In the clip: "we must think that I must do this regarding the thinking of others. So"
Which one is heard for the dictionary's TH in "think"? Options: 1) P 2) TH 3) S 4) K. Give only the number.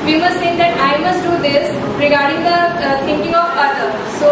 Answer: 3